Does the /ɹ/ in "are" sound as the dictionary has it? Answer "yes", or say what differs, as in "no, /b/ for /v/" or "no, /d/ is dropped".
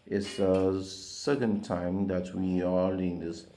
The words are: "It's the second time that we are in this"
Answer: no, /l/ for /ɹ/